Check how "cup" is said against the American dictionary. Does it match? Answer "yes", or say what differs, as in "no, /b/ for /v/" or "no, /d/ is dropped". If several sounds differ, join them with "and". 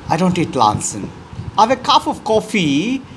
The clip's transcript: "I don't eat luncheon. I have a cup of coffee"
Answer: no, /f/ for /p/